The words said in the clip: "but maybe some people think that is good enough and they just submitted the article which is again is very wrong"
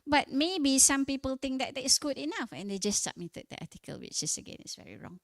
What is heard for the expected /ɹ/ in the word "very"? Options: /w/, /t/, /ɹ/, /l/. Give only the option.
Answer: /ɹ/